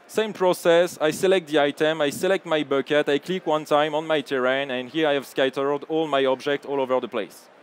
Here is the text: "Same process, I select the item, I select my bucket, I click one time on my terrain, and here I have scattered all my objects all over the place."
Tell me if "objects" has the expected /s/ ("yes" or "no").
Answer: no